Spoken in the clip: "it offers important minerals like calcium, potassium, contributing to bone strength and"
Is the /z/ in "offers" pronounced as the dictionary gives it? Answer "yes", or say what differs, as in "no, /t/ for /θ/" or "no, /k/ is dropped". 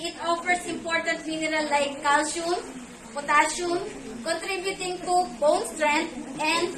no, /s/ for /z/